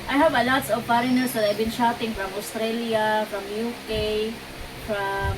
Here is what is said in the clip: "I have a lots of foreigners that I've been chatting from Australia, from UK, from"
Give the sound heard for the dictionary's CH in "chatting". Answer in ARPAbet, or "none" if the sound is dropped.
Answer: SH